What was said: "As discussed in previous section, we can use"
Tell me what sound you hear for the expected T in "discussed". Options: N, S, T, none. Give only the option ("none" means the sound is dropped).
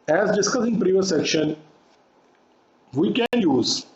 none